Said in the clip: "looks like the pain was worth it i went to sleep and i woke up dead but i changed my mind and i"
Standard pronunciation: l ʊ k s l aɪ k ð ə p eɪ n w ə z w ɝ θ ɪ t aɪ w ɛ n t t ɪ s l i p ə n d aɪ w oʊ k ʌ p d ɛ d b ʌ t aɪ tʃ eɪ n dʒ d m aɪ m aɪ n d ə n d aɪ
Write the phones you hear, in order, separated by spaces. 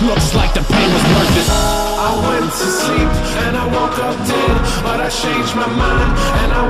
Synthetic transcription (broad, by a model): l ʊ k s l aɪ k ð ə p eɪ n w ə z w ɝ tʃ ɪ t aɪ w ɛ n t t ɪ s l i p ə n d aɪ w oʊ k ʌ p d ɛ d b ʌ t aɪ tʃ eɪ n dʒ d m aɪ m aɪ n ə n aɪ